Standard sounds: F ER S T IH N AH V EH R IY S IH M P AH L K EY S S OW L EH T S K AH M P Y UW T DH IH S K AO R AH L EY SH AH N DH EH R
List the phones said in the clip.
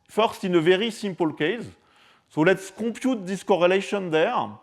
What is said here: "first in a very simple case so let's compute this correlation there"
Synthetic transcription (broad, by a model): F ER S T IH N AH V EH R IY S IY M P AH L K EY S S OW L EH T S K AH P Y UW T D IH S K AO R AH L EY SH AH N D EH R